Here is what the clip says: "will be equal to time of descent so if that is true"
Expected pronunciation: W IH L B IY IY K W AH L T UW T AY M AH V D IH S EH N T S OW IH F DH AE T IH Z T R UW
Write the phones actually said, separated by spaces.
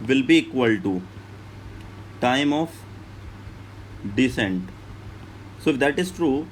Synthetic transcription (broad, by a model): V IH L B IY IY K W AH L T UW T AY M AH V D IH S EH N T S OW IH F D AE T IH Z T R UW